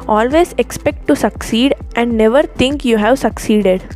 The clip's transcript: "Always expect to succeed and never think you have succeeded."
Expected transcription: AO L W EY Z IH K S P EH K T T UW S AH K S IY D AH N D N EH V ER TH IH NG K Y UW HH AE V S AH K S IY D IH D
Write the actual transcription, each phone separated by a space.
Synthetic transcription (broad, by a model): AO L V EY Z IH K S P EH K T T UW S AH K S IY D AH N D N EH V ER T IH NG K Y UW HH AE V S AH K S IY D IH D